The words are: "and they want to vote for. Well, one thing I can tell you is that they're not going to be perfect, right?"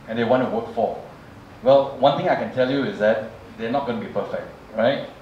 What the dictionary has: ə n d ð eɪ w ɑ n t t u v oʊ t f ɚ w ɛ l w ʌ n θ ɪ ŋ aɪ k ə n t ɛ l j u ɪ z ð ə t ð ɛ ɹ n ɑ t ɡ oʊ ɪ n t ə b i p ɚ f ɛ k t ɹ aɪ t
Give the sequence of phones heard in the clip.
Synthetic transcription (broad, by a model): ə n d eɪ w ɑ n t t u w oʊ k f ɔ w ɛ l w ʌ n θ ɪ ŋ aɪ k ə n t ɛ l j u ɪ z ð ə t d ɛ n ɑ t ɡ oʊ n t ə b i p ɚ f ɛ k t ɹ aɪ t